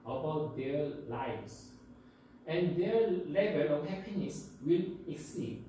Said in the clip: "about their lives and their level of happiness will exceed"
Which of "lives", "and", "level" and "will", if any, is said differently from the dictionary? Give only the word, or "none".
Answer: lives